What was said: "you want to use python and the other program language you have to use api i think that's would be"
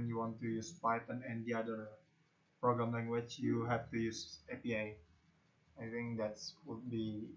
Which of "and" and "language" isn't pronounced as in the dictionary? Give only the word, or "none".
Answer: language